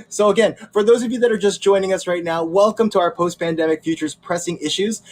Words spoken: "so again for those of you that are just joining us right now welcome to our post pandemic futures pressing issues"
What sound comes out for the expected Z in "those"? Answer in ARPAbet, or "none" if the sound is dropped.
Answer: Z